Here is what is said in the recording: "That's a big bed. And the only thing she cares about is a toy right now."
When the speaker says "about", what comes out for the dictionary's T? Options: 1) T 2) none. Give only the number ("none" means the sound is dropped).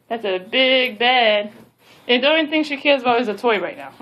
2